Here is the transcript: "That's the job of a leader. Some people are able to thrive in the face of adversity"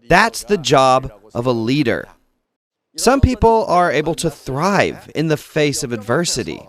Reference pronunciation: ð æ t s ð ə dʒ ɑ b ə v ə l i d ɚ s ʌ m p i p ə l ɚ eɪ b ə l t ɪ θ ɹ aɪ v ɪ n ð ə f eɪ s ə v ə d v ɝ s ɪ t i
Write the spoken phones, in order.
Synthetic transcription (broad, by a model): ð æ t s ð ə dʒ ɑ b ə v ə l i d ɚ s ʌ m p i p l ɚ eɪ b l t ɪ θ ɹ aɪ v ɪ n ð ə f eɪ s ə v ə d v ɝ s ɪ t i